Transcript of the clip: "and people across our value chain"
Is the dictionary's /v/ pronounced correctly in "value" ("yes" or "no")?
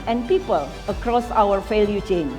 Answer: no